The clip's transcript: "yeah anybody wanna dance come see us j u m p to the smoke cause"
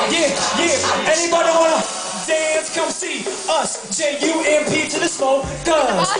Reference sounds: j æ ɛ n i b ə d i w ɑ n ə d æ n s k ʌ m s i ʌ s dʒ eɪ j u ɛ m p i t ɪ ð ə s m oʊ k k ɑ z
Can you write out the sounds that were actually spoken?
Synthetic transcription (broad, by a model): j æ ɛ n i b ə d i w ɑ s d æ n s k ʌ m s i ʌ s dʒ eɪ j u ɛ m p i t ɪ ð ə s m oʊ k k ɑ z